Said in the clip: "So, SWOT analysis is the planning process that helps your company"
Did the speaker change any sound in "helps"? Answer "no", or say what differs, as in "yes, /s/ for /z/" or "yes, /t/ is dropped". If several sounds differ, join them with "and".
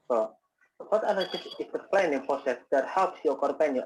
no